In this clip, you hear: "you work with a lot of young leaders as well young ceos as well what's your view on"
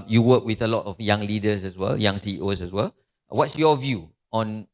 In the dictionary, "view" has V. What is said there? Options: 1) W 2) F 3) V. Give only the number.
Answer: 3